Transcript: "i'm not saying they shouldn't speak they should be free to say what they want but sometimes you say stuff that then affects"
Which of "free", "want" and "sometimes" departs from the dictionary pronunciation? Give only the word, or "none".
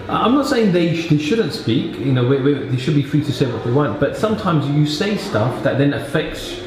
none